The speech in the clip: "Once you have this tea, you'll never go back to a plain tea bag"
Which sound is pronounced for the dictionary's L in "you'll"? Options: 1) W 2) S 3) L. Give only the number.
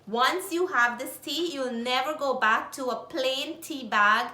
3